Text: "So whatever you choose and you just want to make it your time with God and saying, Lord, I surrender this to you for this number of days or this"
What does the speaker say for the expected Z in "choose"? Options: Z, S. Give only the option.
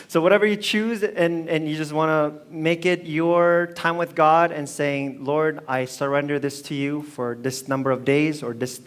Z